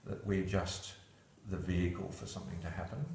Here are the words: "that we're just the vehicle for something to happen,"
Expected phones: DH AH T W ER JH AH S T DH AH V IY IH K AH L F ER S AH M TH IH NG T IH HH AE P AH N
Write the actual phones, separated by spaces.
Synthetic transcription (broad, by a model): DH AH T W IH JH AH S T DH AH V IY IH K AH L F ER S AH M TH IH NG T IH HH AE P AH N